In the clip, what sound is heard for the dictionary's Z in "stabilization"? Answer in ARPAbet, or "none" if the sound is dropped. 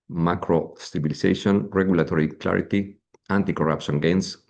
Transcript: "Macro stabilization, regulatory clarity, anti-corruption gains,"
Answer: S